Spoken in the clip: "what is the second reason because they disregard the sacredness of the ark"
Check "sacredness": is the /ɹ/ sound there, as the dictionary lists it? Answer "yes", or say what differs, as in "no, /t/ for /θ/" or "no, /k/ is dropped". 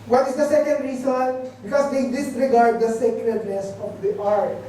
no, /l/ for /ɹ/